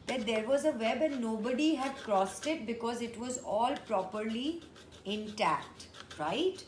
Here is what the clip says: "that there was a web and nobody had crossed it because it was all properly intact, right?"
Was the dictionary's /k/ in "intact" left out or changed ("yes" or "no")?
no